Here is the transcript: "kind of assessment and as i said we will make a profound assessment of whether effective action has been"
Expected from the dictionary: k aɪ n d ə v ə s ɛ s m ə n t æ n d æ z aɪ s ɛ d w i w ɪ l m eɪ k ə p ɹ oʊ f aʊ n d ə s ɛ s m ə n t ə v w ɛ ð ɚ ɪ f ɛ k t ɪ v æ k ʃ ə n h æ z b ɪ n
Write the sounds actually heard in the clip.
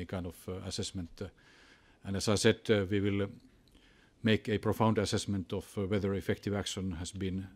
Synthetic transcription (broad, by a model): k aɪ n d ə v ə s ɛ s m ə n t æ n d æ s aɪ s ɛ d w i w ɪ l m eɪ k ə p ɹ oʊ f aʊ n d ə s ɛ s m ə n t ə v w ɛ ð ɚ ɪ f ɛ k t ɪ v æ k ʃ ə n h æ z b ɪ n